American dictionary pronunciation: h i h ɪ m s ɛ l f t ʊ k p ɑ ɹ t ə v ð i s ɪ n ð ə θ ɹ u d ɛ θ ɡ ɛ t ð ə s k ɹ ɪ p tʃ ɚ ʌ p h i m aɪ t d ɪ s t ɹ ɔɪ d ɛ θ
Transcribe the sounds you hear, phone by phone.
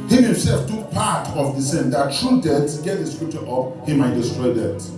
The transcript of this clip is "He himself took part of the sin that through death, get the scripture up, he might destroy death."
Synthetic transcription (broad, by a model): h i h ɪ m s ɛ l f t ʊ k p ɑ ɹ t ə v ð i s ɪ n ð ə t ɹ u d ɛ s ɡ ɛ t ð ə s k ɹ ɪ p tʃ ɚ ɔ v h i m aɪ t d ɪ s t ɹ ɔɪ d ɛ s